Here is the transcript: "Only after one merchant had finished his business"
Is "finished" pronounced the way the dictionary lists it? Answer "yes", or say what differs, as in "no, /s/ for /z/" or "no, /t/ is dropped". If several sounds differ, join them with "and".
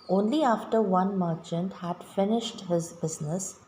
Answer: yes